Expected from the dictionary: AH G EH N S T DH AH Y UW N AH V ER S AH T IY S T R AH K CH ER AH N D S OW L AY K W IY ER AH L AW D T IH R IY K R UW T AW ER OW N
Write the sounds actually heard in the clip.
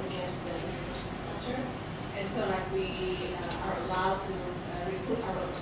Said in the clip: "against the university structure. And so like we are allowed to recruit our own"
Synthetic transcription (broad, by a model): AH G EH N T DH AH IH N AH IH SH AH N S T R AH K CH ER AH N S OW L AY K W IY ER AH L AW D T IH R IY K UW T AW ER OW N